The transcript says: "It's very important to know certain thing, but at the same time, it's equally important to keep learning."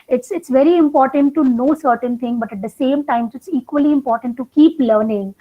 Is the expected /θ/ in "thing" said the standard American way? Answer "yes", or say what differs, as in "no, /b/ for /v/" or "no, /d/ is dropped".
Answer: no, /t/ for /θ/